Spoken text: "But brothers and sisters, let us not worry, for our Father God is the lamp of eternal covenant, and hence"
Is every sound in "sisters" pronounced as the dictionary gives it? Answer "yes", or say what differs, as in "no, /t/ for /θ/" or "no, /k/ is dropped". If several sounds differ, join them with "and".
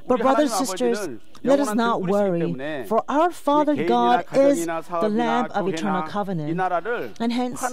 yes